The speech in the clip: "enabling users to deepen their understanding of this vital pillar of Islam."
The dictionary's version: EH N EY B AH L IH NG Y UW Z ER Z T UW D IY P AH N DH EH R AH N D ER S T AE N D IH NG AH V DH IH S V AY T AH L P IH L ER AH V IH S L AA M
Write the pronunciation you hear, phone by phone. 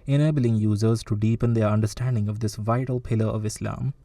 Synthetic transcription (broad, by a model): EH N EY B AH L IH NG Y UW Z ER Z T UW D IY P AH N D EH R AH N D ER S T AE N D IH NG AH V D IH S V AY T AH L P IH L ER AH V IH S L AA M